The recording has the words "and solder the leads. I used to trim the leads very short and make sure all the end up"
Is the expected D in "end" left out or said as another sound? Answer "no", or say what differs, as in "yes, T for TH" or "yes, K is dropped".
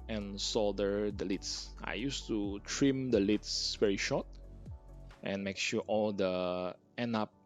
yes, D is dropped